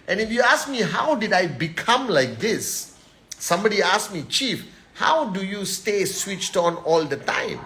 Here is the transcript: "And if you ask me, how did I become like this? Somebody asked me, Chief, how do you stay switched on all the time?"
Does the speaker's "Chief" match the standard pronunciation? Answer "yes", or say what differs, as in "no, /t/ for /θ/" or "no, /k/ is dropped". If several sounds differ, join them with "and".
yes